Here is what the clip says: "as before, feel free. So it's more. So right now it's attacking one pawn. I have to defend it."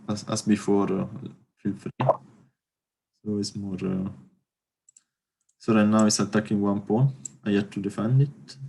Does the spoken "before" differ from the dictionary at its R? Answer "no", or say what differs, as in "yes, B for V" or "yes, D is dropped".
no